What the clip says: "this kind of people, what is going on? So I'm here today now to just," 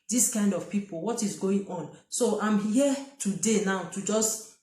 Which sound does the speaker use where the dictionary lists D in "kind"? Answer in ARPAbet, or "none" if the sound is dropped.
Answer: D